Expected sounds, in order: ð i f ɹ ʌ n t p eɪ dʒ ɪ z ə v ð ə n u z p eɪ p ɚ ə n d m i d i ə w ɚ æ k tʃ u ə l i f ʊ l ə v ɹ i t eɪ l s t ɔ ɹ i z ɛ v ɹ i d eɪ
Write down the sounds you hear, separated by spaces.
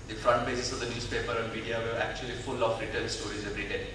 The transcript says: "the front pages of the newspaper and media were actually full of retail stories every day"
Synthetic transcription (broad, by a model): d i f ɹ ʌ n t b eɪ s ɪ s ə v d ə n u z p eɪ p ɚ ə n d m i d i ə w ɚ æ k tʃ u ə l i f ʊ l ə f ɹ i t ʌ n s t ɔ ɹ i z ɛ v ɹ i d eɪ